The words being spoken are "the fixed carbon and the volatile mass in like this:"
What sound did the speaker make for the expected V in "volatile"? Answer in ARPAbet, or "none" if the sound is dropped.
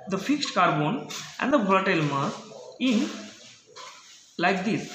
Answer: B